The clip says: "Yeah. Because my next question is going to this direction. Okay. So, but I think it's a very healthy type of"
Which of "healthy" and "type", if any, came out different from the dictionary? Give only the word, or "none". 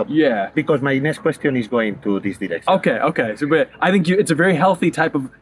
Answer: none